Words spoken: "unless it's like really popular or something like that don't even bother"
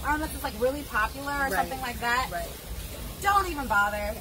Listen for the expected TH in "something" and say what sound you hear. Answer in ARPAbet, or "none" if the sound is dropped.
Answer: TH